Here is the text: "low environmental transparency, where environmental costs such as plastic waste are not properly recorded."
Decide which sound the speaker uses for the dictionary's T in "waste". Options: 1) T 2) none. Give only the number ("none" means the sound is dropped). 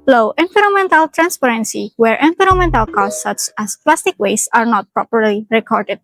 2